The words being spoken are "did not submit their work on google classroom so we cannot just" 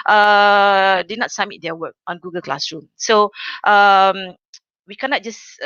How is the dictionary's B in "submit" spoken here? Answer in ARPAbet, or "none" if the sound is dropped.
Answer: none